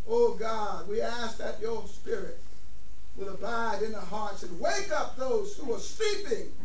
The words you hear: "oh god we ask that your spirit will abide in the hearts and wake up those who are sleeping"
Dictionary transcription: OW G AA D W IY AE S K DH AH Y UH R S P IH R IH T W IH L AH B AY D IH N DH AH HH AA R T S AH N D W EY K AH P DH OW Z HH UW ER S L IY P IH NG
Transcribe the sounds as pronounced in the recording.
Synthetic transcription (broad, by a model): OW G AA D W IY AE S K DH AH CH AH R S P IH R IH T W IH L AH B AY D IH N DH AH HH AA R T S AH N W EY K AH P DH OW Z HH UW ER S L IY P IH NG